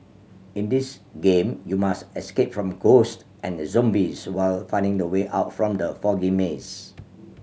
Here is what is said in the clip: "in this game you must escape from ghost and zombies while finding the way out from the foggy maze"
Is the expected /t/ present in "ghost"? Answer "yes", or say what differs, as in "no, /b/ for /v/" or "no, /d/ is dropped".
yes